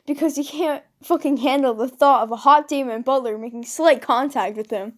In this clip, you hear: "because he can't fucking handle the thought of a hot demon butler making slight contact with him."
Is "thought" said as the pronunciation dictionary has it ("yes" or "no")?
yes